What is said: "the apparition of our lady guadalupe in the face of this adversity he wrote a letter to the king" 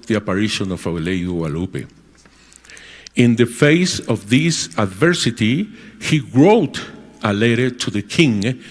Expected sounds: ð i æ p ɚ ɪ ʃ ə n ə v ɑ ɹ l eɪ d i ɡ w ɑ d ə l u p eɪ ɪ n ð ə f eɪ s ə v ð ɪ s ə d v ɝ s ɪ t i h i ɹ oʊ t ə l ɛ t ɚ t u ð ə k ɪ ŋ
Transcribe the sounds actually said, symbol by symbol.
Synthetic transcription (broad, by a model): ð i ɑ p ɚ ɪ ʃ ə n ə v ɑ w l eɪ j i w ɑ l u p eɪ ɪ n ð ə f eɪ s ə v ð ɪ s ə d v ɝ s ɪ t i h i ɹ oʊ t ə l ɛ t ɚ t u ð ə k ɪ ŋ